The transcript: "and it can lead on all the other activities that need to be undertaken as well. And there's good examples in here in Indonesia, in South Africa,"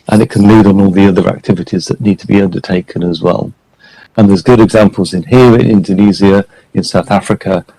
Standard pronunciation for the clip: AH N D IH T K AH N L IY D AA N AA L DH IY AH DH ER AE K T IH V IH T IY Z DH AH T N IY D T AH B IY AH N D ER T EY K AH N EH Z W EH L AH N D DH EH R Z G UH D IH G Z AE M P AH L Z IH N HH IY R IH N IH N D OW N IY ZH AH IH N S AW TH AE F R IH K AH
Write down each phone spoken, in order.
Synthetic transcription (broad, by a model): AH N IH T K AH N L IY D N AA L DH IY AH DH ER AE K T IH V IH T IY Z DH AH T N IY D T AH B IY AH N D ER T EY K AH N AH Z W EH L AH N DH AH Z G UH D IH G Z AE M P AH L Z IH N HH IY R IH N IH N D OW N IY Z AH IH N S AW TH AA F R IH K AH